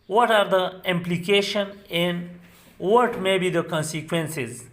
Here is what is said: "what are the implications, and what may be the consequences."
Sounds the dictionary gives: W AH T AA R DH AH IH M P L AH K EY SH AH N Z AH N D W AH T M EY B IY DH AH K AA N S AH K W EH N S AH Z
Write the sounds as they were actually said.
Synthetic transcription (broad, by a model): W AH T AA R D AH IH M P L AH K EY SH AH N AH N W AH T M EY B IY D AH K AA N S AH K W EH N S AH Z